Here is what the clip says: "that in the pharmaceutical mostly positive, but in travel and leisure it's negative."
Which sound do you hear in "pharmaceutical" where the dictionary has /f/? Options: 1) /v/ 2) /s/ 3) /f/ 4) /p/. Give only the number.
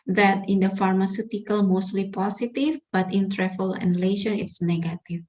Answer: 3